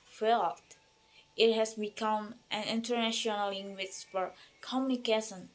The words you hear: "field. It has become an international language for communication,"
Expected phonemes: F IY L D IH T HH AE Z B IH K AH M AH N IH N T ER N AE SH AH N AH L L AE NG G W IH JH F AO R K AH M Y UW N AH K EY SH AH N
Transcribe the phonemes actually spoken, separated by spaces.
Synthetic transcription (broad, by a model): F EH L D IH T HH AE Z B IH K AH M AH N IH N T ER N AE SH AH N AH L L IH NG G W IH CH F AO R K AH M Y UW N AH K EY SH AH N